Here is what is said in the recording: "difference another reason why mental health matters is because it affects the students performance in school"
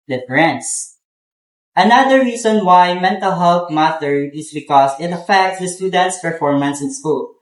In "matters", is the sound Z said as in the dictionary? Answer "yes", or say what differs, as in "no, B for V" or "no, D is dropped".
no, Z is dropped